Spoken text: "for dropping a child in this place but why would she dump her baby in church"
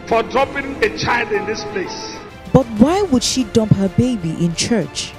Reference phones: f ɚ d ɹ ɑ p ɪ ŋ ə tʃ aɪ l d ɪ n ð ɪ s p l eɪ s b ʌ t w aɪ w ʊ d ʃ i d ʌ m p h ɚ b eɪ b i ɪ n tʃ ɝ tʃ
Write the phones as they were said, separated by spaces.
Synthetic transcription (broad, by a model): f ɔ d ɹ ɑ p ɪ ŋ ə tʃ aɪ l d ɪ n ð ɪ s p l eɪ s b ʌ t w aɪ w ʊ d ʃ i d ʌ m p h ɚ b eɪ b i ɪ n tʃ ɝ tʃ